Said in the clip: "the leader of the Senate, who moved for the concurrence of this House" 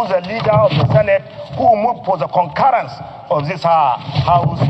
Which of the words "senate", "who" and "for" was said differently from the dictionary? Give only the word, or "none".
for